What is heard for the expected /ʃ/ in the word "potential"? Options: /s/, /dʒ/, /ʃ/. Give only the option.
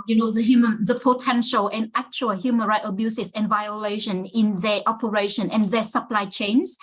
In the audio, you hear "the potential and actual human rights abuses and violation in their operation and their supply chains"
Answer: /ʃ/